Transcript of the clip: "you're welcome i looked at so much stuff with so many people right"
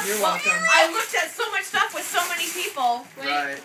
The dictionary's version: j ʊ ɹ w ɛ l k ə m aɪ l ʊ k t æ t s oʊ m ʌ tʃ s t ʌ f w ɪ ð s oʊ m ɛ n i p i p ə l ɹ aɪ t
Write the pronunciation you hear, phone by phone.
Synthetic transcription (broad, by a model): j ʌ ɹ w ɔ k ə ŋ aɪ l ʊ k t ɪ t s oʊ m ʌ tʃ s t ʌ f w ɪ ð s oʊ m ɛ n i p i p l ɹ aɪ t